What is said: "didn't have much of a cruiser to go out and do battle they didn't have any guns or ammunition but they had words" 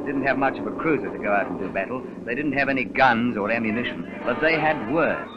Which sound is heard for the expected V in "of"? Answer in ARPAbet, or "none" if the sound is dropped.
V